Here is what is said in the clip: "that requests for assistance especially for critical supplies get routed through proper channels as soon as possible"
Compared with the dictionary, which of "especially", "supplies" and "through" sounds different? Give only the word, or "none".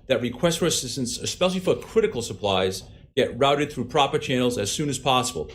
none